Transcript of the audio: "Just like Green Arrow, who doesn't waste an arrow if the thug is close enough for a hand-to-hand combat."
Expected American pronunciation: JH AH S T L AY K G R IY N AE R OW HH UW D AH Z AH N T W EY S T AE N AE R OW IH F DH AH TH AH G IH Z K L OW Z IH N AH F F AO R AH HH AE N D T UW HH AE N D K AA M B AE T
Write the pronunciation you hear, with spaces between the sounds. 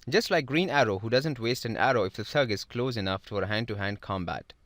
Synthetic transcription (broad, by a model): JH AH S T L AY K G R IY N AE R OW HH UW D AH Z AH N T W EY S T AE N AE R OW IH F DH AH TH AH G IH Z K L OW Z IH N AH F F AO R AH HH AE N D T UW HH AE N D K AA M B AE T